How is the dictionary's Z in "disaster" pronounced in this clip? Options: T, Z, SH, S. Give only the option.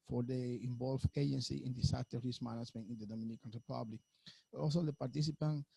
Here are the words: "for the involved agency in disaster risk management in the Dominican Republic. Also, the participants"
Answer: S